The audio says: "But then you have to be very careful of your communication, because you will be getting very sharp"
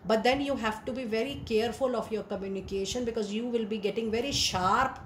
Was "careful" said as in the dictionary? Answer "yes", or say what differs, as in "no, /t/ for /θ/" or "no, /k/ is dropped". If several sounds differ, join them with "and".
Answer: yes